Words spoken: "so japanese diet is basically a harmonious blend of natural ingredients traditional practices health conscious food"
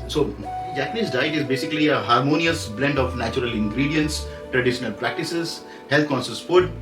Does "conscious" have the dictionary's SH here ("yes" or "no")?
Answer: no